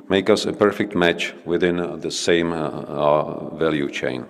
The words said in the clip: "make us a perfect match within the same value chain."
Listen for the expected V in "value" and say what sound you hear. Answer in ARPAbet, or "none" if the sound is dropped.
V